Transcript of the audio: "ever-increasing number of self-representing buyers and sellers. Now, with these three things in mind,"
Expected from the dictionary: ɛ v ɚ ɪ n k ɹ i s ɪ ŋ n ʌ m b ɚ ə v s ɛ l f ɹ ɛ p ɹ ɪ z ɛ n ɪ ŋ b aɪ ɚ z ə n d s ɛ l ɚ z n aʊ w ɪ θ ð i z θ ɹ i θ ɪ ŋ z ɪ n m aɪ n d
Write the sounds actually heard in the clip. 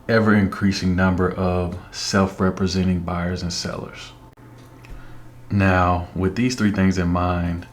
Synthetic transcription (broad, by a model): ɛ v ɚ ɪ n k ɹ i s ɪ ŋ n ʌ m b ɚ ə v s ɛ l f ɹ ɛ p ɹ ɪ z ɛ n ɪ ŋ b aɪ ɚ z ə n s ɛ l ɚ z n aʊ w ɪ ð i z θ ɹ i θ ɪ ŋ z ɪ n m aɪ n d